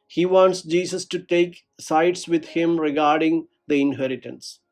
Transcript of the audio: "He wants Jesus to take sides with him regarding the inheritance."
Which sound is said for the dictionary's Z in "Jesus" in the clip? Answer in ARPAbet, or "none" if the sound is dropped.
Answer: S